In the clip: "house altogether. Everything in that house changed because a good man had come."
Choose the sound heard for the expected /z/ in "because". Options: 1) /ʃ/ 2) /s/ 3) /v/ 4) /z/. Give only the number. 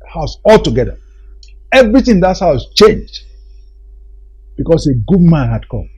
2